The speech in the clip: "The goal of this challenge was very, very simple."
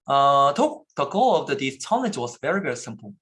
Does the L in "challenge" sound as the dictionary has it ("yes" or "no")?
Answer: no